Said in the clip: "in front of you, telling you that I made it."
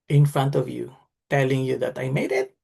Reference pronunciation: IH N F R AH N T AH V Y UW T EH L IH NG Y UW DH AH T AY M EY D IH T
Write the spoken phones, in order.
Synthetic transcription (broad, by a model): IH N F R AH N T AH V Y UW T EH L IH NG Y UW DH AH T AY M EY D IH T